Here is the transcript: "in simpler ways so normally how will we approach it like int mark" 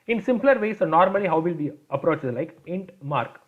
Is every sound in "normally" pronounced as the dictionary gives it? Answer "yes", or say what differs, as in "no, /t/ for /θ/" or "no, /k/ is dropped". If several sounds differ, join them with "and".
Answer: yes